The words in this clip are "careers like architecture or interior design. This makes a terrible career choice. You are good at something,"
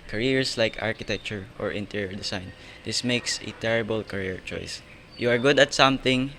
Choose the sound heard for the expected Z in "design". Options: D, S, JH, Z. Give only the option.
S